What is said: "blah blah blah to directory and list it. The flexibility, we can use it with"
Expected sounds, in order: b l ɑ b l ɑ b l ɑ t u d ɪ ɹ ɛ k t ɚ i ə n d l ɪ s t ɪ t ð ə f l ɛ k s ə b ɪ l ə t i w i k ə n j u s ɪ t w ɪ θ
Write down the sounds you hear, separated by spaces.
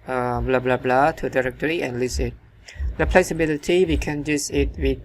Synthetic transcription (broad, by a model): b l ɑ b l ɑ b l ɑ t u d ɪ ɹ ɛ k t ɚ i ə n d l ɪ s ɪ t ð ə p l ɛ k s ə b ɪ l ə t i w i k ə n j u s ɪ t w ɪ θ